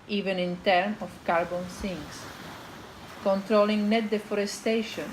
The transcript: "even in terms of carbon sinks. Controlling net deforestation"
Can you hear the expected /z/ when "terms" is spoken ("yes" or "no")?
no